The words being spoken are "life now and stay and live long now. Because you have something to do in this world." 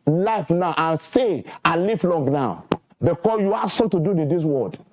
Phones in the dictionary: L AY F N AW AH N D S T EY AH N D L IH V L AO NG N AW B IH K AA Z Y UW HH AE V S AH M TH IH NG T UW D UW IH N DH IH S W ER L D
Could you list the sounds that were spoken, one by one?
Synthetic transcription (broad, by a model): L AY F N AW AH N S T EY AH N L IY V L AO NG N AW B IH K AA S Y UW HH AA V S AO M T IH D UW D IH N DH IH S W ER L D